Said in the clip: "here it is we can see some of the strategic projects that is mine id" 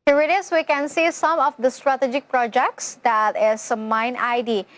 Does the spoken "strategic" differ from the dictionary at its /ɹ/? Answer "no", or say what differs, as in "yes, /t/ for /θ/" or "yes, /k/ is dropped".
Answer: no